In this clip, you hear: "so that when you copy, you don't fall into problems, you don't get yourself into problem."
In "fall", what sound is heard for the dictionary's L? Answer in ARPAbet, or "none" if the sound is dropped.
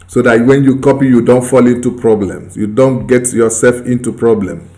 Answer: L